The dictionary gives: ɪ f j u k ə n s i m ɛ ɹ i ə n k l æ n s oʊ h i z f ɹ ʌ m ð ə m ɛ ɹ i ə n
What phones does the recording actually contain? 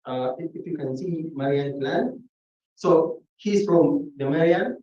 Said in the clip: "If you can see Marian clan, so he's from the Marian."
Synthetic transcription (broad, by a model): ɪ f j u k ə n s i m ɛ ɹ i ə n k l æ n s oʊ h i s f ɹ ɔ m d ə m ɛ ɹ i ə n